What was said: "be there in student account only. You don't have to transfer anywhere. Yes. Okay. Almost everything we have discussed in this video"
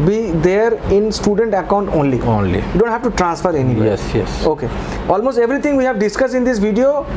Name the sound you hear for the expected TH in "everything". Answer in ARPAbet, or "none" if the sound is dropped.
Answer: T